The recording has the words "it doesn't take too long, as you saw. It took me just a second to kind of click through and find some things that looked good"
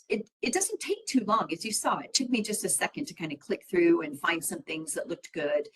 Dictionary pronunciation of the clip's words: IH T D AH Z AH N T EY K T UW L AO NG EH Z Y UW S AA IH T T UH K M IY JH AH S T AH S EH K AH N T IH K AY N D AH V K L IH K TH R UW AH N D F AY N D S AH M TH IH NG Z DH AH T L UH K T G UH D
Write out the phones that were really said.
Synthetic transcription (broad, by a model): IH T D AH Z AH N T EY K T UW L AO NG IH Z Y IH S AA IH T T UH K M IY JH AH S T AH S EH K AH N T IH K AY N D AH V K L IH K TH R UW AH N F AY N D S AH M TH IH NG Z DH AH T L UH K T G UH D